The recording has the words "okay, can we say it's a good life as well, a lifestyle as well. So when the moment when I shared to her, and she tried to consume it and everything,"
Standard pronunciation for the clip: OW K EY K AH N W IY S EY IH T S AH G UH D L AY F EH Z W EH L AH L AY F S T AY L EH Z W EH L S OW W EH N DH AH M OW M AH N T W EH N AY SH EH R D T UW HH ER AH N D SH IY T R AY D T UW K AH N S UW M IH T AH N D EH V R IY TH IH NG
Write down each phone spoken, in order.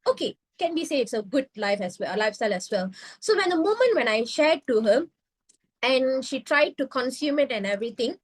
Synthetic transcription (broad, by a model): OW K EY K AH N W IY S EY IH T S AH G UH D L AY F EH S W EH L AH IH F S T AY L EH S W EH L S OW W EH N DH AH M OW M AH N T W EH N AY SH EH D T UW HH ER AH N SH IY T R AY D T UW K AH N S UW M IH T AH N EH V R IY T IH NG